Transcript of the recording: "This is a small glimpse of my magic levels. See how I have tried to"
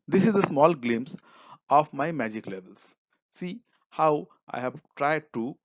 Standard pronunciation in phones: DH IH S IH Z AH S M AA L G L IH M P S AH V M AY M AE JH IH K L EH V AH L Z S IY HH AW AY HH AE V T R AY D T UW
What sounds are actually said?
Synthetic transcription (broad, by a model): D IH S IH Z AH S M AA L G L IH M S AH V M AY M AE JH IH K L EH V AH L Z S IY HH AW AY HH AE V T R AY D T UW